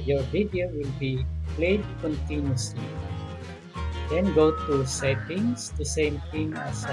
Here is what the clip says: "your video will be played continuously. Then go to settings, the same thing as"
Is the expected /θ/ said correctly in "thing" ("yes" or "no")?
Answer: no